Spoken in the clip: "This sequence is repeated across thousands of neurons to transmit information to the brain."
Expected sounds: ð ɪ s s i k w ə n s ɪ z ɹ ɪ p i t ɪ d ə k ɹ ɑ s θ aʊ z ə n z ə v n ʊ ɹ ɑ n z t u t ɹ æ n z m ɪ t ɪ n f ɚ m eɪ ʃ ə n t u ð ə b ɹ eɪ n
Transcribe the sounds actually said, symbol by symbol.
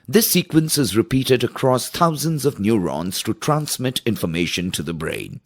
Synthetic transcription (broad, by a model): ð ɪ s s i k w ə n s ɪ z ɹ ɪ p i t ɪ d ə k ɹ ɑ s t aʊ z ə n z ə v n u ɹ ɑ n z t u t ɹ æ n s m ɪ t ɪ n f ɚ m eɪ ʃ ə n t u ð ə b ɹ eɪ n